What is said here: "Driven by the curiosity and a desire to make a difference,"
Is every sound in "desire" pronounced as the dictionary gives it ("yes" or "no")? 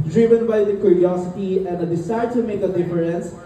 no